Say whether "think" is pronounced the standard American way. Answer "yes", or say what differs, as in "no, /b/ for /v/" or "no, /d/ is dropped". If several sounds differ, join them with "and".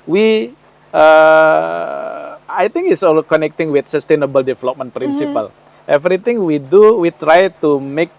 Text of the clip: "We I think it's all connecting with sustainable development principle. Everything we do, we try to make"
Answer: no, /t/ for /θ/